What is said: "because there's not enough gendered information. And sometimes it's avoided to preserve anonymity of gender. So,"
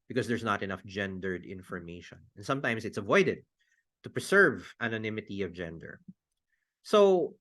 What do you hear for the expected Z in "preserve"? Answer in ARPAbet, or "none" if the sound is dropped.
S